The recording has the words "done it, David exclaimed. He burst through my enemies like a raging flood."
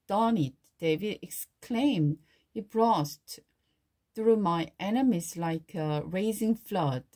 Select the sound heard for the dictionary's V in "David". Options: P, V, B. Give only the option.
V